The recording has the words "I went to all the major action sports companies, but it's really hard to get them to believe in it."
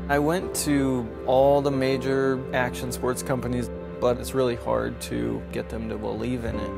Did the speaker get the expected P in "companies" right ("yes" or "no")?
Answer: yes